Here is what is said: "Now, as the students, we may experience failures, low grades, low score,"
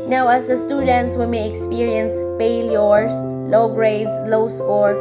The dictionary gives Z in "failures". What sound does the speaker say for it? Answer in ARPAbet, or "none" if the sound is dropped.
S